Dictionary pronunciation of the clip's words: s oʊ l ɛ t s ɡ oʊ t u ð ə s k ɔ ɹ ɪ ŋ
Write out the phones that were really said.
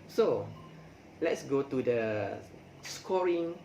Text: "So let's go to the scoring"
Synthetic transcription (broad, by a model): s oʊ l ɛ t s ɡ oʊ t u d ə s k ɔ ɹ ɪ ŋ